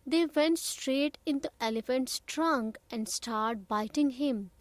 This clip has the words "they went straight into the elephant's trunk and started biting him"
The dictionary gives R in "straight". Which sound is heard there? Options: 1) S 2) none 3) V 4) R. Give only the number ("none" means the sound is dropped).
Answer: 4